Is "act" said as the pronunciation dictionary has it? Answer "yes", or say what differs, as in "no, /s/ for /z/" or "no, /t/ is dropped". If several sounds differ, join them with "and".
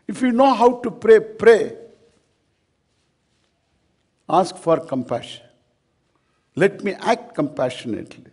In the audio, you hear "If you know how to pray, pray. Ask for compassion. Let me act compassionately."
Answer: yes